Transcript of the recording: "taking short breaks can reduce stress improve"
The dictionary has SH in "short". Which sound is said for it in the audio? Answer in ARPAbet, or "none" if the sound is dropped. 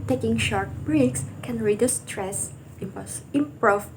SH